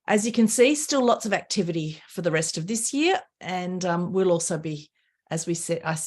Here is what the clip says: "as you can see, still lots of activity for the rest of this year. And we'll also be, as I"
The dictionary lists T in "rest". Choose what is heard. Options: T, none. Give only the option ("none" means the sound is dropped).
T